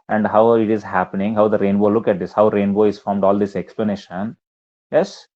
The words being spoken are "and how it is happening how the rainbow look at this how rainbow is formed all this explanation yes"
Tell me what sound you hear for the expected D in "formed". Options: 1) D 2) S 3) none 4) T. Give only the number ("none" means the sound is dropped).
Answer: 1